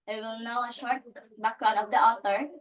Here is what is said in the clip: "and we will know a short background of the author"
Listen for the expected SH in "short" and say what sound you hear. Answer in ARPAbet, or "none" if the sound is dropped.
SH